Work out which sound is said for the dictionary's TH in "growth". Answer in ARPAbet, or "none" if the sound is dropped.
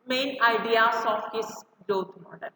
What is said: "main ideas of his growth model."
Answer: T